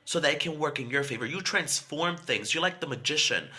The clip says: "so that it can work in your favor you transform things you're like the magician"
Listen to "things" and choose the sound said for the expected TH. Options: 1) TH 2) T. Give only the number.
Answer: 1